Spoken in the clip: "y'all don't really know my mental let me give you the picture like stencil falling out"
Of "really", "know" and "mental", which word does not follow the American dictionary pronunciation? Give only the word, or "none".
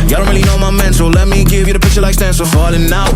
mental